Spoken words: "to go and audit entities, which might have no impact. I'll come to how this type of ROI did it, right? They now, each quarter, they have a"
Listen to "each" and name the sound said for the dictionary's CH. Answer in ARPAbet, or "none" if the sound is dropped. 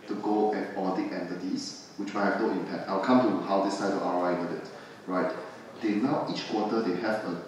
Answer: CH